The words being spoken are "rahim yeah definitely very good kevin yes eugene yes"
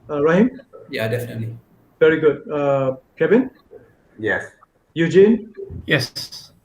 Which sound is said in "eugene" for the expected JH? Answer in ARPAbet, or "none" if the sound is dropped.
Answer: JH